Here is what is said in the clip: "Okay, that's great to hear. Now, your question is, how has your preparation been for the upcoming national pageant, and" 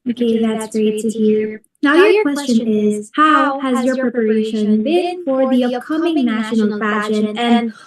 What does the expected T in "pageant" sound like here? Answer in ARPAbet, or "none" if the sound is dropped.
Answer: none